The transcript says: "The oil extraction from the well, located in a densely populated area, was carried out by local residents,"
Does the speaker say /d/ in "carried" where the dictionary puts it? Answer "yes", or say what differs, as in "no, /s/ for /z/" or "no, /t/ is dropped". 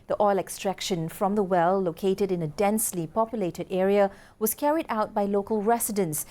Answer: yes